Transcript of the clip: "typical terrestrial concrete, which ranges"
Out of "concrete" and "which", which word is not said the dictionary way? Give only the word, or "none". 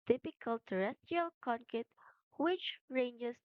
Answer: concrete